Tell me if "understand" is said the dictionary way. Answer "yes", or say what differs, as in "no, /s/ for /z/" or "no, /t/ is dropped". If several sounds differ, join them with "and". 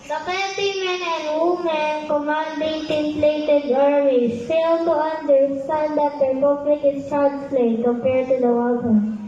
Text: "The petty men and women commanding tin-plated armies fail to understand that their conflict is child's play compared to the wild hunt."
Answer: no, /s/ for /t/